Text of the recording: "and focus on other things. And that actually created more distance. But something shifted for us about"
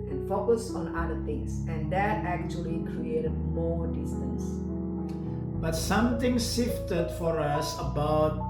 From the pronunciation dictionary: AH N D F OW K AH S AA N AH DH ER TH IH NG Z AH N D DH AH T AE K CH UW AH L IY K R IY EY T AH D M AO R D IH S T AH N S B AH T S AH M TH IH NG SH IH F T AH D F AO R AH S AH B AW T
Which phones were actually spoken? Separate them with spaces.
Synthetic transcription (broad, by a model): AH N F OW K AH S AA N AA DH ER T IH NG S AH N D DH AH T AE K CH UW AH L IY K R IY EY T AH D M AO D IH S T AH N S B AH T S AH M T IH NG S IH F T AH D F AO R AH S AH B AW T